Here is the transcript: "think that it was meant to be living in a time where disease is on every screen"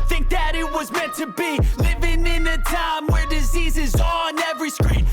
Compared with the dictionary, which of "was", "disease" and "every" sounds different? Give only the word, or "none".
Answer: none